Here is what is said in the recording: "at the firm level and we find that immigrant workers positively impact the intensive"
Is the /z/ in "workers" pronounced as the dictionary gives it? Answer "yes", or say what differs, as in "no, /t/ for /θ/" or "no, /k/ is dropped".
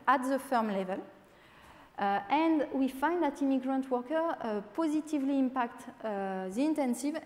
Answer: no, /z/ is dropped